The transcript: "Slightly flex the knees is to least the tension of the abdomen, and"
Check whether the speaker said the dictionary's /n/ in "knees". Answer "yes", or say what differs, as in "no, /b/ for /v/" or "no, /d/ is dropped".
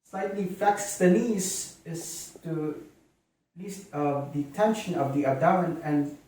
no, /l/ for /n/